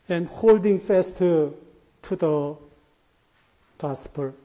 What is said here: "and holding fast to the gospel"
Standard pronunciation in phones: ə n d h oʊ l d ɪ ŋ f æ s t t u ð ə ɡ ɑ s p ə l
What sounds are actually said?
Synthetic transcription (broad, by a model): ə n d h oʊ l d ɪ ŋ f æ s t t u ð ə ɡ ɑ s p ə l